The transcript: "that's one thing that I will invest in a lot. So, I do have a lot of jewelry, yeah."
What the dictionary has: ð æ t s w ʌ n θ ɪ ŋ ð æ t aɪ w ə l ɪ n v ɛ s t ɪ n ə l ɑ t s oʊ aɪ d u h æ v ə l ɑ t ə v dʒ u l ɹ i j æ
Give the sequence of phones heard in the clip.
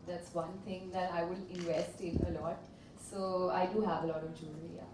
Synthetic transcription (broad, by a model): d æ t s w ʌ n t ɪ ŋ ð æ t aɪ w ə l ɪ n v ɛ s t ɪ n ə l ɑ t s oʊ aɪ d u h æ v ə l ɑ t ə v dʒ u ɹ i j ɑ